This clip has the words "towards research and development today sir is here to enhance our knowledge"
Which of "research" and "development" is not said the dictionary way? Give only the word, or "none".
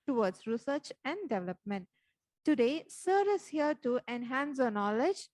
none